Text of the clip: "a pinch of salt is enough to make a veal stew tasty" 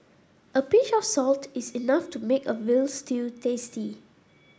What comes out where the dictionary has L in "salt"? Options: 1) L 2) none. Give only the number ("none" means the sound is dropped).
1